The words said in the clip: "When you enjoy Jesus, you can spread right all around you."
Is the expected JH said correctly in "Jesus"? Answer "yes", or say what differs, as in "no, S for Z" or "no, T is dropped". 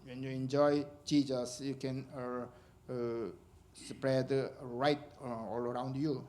no, CH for JH